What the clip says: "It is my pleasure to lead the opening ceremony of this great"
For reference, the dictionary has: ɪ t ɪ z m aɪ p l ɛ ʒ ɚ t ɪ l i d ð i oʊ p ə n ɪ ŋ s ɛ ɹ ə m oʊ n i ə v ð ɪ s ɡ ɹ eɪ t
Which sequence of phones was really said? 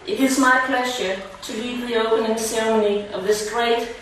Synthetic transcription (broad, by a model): ɪ t ɪ z m aɪ p l ɛ ʒ ɚ t ɪ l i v ð i oʊ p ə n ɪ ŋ s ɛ ɹ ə m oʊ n i ə v ð ɪ s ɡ ɹ eɪ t